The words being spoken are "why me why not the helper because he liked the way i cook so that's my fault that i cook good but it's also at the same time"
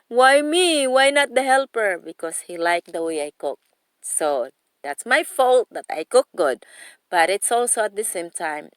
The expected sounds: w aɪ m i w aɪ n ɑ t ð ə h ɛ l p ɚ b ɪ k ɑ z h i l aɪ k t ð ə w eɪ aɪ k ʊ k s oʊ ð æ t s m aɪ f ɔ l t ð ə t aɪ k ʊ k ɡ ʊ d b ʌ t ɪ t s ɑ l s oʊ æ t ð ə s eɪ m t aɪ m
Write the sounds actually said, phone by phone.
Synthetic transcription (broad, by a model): w aɪ m i w aɪ n ɑ t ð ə h ɛ l p ɚ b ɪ k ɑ s h i l aɪ k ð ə w eɪ aɪ k ʊ k s oʊ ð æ t s m aɪ f ɔ l t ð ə t aɪ k ʊ k ɡ ʊ d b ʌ t ɪ t s ɑ l s oʊ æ t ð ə s eɪ m t aɪ m